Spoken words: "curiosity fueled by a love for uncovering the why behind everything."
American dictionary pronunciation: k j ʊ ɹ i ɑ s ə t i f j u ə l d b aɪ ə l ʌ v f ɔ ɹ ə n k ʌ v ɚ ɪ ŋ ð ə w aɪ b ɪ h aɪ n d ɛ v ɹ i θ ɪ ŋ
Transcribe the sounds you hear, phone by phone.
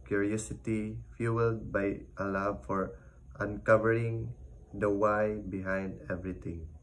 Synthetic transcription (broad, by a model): k j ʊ ɹ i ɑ s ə t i f j u ə l d b aɪ ə l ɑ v f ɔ ɹ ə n k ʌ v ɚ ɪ ŋ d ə w aɪ b ɪ h aɪ n d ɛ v ɹ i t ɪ ŋ